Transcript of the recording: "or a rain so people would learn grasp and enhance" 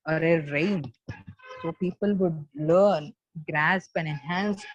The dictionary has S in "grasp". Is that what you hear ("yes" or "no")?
yes